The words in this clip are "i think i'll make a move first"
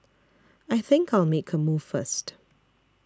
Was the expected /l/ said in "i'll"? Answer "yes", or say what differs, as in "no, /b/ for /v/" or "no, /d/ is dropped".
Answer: yes